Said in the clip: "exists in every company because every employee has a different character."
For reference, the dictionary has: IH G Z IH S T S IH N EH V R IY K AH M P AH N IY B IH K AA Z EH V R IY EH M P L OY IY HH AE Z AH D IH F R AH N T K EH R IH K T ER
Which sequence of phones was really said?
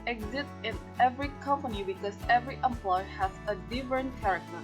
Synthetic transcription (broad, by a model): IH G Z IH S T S IH N EH V R IY K AH M P AH N IY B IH K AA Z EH V R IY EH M P L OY HH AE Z AH D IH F R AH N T K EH R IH K T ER